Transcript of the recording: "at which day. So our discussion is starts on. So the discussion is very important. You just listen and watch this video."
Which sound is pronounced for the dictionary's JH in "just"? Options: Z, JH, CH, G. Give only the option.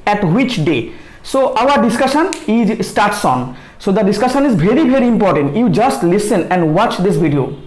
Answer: JH